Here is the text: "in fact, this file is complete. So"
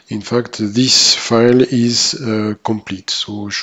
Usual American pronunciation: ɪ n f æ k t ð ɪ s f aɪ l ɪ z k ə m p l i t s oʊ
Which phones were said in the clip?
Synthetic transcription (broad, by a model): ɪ n f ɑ k t ð ɪ s f aɪ l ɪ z k ə m p l i t s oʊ